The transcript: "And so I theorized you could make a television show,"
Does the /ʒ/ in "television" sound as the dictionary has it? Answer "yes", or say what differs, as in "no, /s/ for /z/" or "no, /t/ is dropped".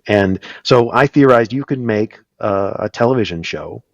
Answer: yes